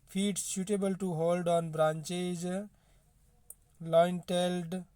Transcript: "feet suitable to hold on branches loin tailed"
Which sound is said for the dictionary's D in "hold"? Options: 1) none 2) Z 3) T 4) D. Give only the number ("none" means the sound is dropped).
4